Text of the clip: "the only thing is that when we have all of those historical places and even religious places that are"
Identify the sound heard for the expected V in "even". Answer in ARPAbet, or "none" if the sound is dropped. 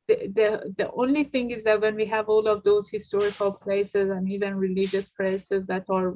V